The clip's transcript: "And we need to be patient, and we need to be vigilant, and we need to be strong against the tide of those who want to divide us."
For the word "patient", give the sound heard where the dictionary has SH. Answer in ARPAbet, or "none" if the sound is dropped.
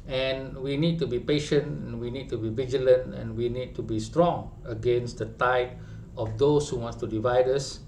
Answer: SH